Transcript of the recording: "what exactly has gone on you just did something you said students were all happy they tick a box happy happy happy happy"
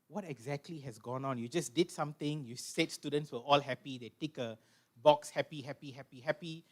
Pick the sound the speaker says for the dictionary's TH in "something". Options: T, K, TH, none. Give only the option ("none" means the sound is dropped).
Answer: T